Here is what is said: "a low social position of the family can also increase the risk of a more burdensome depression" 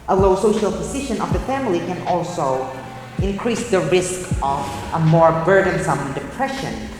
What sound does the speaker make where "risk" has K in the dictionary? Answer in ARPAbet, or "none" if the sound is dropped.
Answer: K